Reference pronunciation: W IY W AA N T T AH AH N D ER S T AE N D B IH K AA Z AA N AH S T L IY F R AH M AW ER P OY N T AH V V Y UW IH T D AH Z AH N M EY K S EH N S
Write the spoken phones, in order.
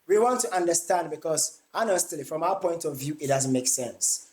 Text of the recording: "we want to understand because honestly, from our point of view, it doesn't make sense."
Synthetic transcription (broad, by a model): W IY W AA N T T AH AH N D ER S T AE N D B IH K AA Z AA N AH S T L IY F R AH M AW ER P OY N T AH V V Y UW IH T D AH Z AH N M EY K S EH N S